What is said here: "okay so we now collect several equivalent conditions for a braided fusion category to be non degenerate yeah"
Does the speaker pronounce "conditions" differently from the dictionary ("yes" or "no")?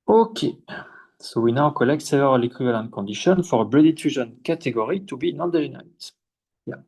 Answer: yes